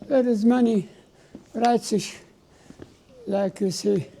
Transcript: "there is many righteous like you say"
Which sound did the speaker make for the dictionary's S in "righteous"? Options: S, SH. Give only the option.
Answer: SH